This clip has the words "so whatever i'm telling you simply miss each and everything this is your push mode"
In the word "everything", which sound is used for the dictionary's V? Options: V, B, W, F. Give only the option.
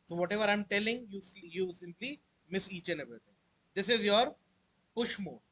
B